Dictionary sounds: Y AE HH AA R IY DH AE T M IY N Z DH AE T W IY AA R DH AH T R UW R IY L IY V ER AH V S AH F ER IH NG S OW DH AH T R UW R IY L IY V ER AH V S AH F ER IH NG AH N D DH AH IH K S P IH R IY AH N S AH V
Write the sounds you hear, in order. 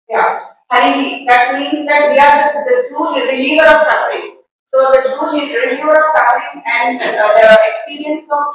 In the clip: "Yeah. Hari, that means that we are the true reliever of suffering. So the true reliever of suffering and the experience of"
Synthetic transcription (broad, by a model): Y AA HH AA IY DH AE T M IY N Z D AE T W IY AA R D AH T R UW R IY L IY V ER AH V S AH F ER IH NG S OW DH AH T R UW R IY L IY V ER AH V S AH F ER IH NG AH N D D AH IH K S P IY R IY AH N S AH